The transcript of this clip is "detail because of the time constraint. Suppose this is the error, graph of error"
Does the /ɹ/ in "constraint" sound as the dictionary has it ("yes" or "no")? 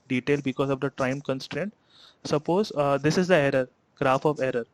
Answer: yes